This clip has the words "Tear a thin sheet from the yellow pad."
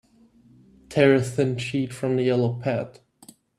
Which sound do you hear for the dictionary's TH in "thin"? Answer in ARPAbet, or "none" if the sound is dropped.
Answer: TH